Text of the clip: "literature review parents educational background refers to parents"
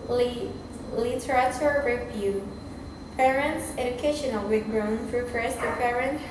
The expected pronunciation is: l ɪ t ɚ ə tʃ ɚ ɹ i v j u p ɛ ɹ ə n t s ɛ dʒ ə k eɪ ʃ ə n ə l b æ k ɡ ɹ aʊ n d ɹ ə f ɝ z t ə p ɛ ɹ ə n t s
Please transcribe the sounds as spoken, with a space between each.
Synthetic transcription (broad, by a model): l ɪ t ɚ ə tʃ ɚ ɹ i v j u p ɛ ɹ ə n t s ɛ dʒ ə k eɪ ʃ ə n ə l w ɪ ɡ ɹ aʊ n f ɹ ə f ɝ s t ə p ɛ ɹ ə n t